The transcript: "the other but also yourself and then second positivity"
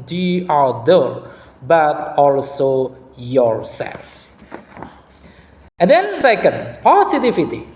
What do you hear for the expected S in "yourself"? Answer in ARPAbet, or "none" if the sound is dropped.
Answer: S